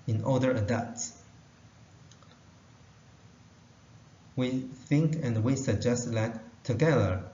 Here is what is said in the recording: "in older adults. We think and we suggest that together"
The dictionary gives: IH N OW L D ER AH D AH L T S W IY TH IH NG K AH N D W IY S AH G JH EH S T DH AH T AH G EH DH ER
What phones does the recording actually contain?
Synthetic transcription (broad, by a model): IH N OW D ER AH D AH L T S W IY TH IH NG K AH N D W IY S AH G JH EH S T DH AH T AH G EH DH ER